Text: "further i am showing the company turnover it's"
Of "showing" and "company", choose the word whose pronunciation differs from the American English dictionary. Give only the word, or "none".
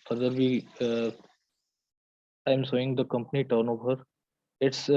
showing